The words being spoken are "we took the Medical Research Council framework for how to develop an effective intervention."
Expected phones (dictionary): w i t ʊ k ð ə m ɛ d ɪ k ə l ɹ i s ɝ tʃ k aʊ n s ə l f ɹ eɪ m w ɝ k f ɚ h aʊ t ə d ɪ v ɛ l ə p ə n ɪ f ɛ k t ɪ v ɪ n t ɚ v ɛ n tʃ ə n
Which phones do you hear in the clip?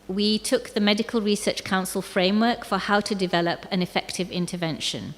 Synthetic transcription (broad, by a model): w i t ʊ k ð ə m ɛ d ɪ k ə l ɹ i s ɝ tʃ k aʊ n s ə l f ɹ eɪ m w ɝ k f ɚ h aʊ t ə d ɪ v ɛ l ə p ə n ɪ f ɛ k t ɪ v ɪ n t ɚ v ɛ n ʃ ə n